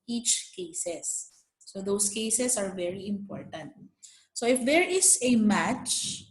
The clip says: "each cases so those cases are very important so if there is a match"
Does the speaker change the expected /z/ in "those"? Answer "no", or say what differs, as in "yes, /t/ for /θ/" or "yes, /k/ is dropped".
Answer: yes, /s/ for /z/